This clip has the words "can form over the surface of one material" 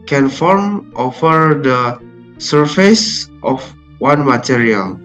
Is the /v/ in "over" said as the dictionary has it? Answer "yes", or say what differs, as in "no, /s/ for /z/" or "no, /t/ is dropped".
no, /f/ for /v/